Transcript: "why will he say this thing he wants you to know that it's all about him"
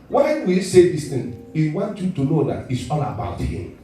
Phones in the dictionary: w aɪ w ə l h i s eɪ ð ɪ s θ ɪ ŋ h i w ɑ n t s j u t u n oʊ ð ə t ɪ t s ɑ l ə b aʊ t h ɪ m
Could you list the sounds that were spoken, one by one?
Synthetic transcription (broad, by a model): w w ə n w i s eɪ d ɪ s t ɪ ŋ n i w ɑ n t j u t u n oʊ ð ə t ɪ t s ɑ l ə b aʊ t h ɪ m